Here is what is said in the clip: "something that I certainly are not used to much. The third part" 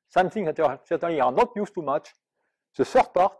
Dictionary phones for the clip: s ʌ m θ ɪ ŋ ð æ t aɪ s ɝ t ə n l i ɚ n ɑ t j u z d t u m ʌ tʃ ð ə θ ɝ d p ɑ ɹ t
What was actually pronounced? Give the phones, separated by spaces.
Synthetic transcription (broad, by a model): s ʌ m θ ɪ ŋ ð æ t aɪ s ɝ t ə n l i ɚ n ɑ t j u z t u m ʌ tʃ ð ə s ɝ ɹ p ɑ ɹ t